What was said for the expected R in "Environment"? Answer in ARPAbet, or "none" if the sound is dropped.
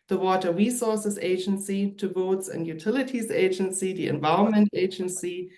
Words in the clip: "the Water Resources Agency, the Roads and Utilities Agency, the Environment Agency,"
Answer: none